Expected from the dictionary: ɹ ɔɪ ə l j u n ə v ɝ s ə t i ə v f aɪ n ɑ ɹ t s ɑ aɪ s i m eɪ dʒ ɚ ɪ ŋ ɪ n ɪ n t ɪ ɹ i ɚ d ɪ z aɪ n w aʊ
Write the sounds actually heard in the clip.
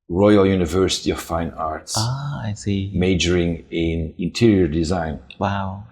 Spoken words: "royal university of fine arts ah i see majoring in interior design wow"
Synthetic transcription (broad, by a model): ɹ ɔɪ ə l j u n ə v ɝ s ə t i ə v f aɪ n ɑ ɹ t s ɑ aɪ s i m eɪ dʒ ɚ ɪ ŋ ɪ n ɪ n t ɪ ɹ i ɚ d ɪ z aɪ n w aʊ